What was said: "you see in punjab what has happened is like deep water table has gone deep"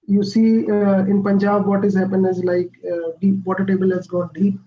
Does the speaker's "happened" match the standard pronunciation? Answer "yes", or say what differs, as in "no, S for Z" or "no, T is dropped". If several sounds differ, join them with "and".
no, D is dropped